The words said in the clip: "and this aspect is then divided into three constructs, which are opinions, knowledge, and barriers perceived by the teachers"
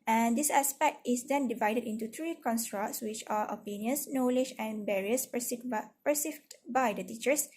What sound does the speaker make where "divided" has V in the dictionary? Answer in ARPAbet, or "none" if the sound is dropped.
V